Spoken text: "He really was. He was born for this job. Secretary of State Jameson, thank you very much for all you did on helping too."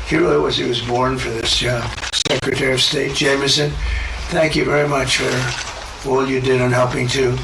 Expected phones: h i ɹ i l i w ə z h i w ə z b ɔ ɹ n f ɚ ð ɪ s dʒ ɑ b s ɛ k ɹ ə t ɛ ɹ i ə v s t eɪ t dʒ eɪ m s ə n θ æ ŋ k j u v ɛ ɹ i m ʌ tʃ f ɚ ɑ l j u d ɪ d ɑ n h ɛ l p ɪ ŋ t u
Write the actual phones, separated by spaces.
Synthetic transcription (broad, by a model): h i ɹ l w ə z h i w ə z b ɔ ɹ n f ɚ ð ɪ s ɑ s ɛ k ɹ ə t ɛ ɹ i ə v s t eɪ t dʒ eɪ m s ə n θ æ ŋ k j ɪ v ɛ ɹ i m ʌ tʃ f ɚ ɑ l j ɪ d ɪ d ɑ n h ɛ l p ɪ ŋ t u